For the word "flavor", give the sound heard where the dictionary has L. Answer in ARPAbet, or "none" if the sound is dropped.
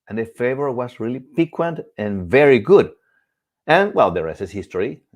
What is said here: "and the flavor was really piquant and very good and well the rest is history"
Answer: none